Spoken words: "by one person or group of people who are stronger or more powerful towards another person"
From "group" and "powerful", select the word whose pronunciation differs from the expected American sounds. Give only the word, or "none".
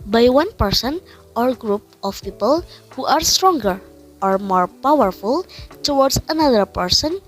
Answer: none